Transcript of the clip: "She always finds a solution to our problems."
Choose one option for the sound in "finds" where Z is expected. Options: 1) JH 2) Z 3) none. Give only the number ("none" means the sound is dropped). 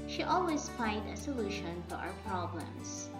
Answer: 3